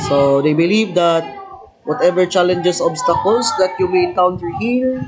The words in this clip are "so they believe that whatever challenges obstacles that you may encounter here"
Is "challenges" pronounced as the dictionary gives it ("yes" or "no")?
no